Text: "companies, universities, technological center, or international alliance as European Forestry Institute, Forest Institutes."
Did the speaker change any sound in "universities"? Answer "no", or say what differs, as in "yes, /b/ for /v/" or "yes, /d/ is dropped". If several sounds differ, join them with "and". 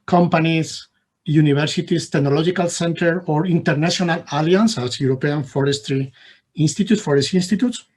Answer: yes, /b/ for /v/ and /s/ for /z/